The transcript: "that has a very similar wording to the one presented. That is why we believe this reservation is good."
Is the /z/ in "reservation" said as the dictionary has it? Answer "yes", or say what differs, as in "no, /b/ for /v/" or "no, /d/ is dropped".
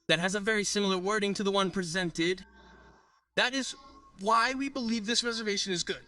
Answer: yes